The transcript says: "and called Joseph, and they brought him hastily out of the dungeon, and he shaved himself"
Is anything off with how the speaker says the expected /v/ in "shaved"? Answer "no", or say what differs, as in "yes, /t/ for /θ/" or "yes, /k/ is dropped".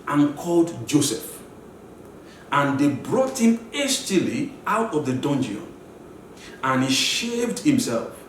no